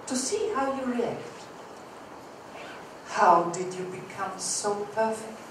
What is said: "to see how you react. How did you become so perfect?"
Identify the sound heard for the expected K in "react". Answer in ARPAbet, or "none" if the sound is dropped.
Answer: K